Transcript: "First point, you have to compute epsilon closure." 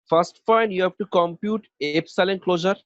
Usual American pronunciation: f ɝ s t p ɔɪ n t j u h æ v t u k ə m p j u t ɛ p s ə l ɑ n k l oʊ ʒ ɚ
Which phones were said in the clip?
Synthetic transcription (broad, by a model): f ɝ s t f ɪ n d j u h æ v t u k ə m p j u t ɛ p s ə l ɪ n k l oʊ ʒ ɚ